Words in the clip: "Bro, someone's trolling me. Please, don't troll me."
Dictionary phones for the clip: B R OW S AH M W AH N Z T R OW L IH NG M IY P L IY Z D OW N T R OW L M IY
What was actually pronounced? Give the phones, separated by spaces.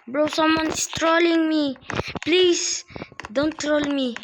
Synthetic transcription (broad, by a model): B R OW S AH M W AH N S T R OW L IH NG M IY P L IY S D OW N T R OW L M IY